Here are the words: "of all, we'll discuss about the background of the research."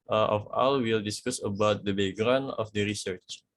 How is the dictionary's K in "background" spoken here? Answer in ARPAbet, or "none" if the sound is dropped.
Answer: none